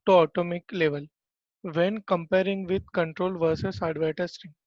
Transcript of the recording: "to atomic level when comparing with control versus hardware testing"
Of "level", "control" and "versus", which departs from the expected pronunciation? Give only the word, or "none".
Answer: none